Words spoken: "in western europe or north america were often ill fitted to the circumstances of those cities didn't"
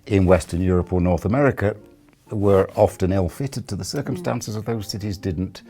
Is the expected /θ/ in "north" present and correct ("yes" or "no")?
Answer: yes